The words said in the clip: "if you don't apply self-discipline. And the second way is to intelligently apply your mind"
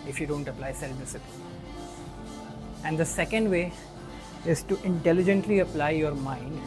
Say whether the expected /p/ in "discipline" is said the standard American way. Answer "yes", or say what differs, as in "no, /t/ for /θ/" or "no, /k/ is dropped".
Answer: no, /p/ is dropped